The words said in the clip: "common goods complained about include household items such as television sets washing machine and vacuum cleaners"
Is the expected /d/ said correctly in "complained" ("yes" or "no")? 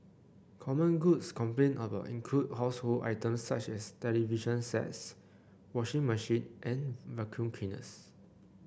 no